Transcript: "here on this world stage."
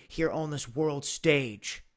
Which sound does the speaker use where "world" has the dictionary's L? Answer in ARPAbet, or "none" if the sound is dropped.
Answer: L